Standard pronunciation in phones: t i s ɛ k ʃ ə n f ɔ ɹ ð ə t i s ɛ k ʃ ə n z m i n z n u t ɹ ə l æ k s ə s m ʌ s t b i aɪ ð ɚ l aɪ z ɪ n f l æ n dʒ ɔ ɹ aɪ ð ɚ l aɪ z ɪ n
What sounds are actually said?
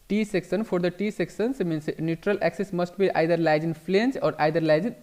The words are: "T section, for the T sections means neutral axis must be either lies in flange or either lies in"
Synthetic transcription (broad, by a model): t i s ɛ k s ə n f ɔ ɹ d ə t i s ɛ k s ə n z m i n s n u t ɹ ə l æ k s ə s m ʌ s t b i aɪ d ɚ l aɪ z ɪ n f l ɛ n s ɔ ɹ aɪ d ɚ l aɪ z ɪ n